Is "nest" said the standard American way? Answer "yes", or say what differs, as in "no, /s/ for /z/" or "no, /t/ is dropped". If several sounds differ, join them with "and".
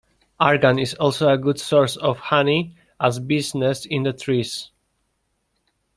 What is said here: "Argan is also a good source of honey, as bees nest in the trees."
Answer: no, /t/ is dropped